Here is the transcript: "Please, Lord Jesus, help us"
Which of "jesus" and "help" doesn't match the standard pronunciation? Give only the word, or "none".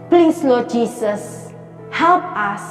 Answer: jesus